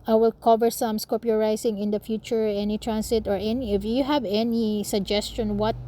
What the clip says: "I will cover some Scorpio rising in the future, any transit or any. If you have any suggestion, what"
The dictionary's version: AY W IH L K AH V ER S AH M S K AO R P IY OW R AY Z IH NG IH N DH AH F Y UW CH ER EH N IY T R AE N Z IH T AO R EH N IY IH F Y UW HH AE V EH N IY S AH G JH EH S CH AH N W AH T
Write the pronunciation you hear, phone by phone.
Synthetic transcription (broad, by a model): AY W IH L K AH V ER S AH M S K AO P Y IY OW R AY S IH NG IH N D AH F Y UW CH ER EH N IY T R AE N S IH T AO R EH N IY IH F Y UW HH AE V EH N IY S AH G JH EH S CH AH N W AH T